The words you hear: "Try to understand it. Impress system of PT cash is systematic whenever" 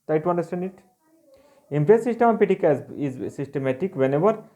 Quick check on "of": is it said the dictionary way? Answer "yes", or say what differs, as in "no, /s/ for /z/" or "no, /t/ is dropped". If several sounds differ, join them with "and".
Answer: no, /p/ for /v/